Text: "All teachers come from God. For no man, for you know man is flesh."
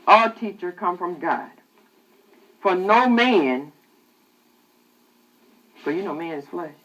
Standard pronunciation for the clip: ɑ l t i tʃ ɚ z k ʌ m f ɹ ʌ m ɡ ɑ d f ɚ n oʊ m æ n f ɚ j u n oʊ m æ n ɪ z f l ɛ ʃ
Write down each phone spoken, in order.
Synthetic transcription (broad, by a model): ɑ t i tʃ ɚ k ʌ m f ɹ ʌ m ɡ ɑ d f ɚ n oʊ m æ n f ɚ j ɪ n oʊ m æ n ɪ z f l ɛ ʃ